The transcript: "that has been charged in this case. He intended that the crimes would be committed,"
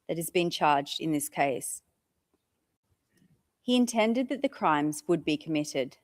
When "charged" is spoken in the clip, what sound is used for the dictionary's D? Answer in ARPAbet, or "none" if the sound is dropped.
D